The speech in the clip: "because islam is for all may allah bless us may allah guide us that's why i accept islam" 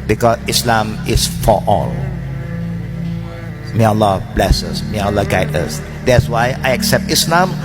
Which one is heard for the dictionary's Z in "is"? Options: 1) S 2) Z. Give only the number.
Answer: 1